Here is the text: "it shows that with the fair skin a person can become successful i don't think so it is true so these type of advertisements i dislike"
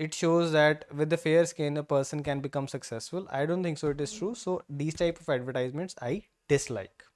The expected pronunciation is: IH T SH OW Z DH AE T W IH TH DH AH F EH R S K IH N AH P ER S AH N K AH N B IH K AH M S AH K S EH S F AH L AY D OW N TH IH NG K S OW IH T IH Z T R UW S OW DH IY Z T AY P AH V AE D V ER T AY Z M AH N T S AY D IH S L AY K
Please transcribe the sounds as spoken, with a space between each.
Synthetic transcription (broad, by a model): IH T SH OW Z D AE T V IH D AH F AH R S K IH N AH P ER S AH N K AH N B IH K AH M S AH K S EH S F AH L AY D OW N T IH NG K S OW IH T IH Z T R UW S OW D IY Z T AY P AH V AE D V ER T AY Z M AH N T S AY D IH S L AY K